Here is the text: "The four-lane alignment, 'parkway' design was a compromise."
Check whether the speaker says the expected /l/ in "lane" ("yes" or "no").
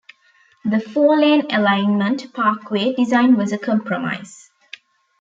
yes